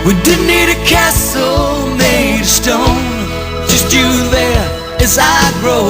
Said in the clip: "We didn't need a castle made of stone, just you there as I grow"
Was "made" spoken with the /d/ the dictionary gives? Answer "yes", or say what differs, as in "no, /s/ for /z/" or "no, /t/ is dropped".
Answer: no, /d/ is dropped